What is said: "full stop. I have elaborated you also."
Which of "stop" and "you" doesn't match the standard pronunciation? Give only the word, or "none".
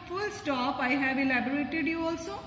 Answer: none